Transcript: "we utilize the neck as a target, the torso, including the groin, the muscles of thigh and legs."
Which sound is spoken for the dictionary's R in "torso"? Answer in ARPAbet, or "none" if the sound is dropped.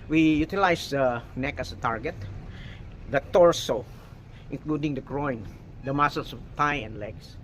R